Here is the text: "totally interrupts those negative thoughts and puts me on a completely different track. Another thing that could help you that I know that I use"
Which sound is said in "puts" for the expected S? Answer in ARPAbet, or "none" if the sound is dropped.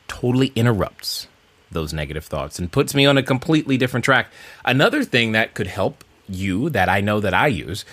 S